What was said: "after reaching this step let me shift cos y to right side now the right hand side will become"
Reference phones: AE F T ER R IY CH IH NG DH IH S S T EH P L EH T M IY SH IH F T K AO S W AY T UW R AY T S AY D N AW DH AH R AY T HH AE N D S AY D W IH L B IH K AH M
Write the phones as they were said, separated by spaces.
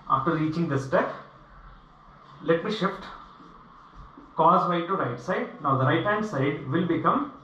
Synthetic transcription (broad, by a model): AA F T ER R IY CH IH NG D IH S S T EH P L EH T M IY SH IH F T K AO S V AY T UW R AY T S AY D N AW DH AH R AY T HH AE N D S AY D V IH L B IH K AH M